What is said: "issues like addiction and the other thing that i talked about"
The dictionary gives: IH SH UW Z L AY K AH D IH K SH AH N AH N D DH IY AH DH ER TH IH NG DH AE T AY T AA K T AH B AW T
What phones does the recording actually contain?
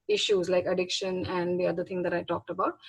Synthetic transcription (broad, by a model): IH SH UW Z L AY K AH D IH K SH AH N AH N D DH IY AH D ER T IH NG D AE T AY T AA K T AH B AW T